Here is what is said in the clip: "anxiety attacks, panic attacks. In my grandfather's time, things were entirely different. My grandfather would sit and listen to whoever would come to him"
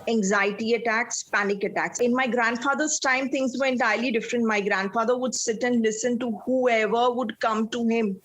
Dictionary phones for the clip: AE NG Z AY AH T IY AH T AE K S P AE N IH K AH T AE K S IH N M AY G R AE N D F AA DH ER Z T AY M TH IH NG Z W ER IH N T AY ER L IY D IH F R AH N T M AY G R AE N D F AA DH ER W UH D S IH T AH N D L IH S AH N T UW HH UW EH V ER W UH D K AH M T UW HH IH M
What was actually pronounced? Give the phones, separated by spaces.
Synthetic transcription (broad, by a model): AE NG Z AY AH T IY AH T AE K S P AE N IH K AH T AE K S IH N M AY G R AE N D F AA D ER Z T AY M T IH NG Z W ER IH N T AY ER L IY D IH F R AH N T M AY G R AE N D F AA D ER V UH D S IH T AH N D L IH S AH N T UW HH UW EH V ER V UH D K AH M T UW HH IH M